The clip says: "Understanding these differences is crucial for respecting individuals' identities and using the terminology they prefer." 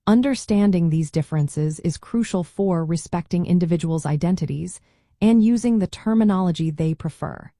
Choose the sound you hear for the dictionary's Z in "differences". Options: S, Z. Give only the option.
Z